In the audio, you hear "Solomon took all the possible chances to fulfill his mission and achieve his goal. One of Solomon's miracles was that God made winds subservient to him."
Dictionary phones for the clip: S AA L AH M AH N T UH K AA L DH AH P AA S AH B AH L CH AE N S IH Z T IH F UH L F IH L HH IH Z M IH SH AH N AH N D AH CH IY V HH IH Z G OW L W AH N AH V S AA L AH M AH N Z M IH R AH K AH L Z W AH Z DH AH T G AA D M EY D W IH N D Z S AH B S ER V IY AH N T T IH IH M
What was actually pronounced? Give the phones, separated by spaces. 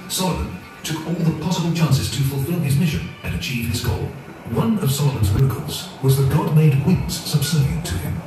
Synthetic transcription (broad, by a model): S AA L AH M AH N T UH K AA L DH AH P AA S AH B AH L CH AE N S IH Z T IH F L F IH L IH Z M IH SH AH N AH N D AH CH IY V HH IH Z G OW L W AH N AH V S AA L AH M AH N Z M IH R AH K AH L Z W AH Z DH AH T G AA D M EY D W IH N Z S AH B S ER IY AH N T T IH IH M